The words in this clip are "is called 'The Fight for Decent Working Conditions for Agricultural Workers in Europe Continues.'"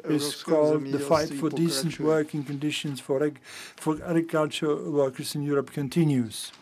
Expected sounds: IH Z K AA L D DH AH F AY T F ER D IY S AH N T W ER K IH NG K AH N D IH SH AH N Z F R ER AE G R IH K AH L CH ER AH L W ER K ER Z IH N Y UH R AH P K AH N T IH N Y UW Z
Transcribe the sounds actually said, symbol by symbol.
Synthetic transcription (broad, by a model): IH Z K AA L D DH AH F AY T F ER D IY S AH N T W ER K IH NG K AH N D IH SH AH N Z F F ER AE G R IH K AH L CH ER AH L W ER K ER Z IH N Y UH R AH P K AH N T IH N Y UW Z